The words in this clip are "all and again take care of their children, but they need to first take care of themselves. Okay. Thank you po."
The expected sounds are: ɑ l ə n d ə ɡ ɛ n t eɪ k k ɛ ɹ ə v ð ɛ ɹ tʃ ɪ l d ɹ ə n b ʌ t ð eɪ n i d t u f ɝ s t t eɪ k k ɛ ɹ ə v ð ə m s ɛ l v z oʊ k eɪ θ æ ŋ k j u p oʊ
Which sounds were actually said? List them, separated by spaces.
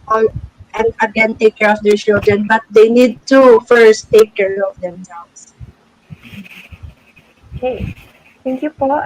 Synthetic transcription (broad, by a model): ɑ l ə n d ə ɡ ɛ n t eɪ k k ɛ ɹ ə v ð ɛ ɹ tʃ ɪ l d ɹ ə n b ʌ t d eɪ n i d t u f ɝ s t t eɪ k k ɛ ɹ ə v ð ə m s ɛ l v s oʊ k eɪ t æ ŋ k j u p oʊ